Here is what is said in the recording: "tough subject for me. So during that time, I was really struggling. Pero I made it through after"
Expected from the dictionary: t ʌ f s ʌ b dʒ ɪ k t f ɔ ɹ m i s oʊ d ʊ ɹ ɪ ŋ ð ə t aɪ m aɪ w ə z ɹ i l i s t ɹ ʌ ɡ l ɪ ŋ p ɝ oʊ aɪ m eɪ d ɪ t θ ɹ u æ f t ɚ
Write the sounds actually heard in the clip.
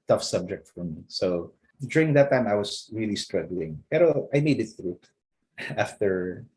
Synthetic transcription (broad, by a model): t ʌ f s ʌ b dʒ ɪ k t f ɔ ɹ m i s oʊ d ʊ ɹ ɪ ŋ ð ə t aɪ m aɪ w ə s ɹ i l i s t ɹ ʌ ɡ l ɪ ŋ p ɝ oʊ aɪ m eɪ d ɪ t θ ɹ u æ f t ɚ